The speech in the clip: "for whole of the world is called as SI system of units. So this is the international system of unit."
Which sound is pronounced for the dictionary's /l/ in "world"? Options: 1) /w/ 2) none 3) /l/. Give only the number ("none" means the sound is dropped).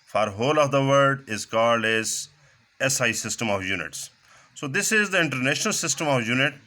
2